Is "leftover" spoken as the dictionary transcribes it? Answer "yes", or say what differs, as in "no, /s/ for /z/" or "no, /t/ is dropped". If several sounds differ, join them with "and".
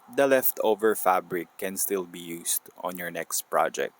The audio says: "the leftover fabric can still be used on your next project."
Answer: yes